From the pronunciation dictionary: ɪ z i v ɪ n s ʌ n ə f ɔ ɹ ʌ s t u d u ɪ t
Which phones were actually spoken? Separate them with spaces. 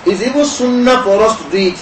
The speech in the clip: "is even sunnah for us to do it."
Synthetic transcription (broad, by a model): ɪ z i b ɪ s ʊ n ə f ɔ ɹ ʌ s t u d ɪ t